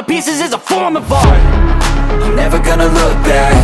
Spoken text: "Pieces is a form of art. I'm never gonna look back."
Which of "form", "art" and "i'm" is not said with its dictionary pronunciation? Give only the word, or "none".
art